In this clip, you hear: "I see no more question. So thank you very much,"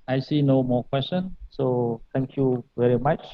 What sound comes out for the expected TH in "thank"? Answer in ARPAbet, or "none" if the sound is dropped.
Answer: T